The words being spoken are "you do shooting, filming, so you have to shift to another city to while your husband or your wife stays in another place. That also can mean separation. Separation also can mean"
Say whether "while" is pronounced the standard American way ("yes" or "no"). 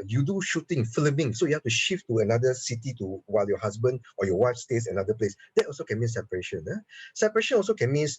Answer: yes